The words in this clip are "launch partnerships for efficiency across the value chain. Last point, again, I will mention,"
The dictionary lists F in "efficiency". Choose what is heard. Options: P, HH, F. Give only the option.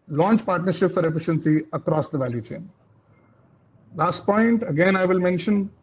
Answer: F